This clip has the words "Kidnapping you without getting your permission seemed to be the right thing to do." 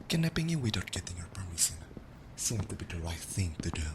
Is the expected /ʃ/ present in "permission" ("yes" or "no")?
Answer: no